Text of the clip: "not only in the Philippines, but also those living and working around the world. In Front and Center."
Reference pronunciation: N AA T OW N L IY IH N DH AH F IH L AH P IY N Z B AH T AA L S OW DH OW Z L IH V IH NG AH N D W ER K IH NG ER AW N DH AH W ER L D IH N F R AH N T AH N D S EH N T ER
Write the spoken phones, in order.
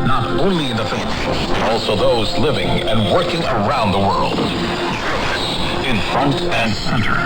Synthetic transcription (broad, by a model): N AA T OW N L IY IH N DH AH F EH AH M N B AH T AA L S OW DH OW Z L IH V IH NG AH N W ER K IH NG ER AW N DH AH W ER L D IH N F R AH N T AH N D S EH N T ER